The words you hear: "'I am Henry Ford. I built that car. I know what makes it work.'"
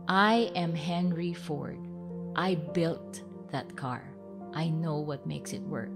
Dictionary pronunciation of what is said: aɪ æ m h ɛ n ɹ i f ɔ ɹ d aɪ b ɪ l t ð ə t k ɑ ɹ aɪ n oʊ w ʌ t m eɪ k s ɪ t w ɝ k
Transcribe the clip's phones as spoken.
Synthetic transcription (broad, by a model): aɪ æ m h ɛ n ɹ i f ɔ ɹ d aɪ b ɪ l t ð ə t k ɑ ɹ aɪ n oʊ w ʌ t m eɪ k s ɪ t w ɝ k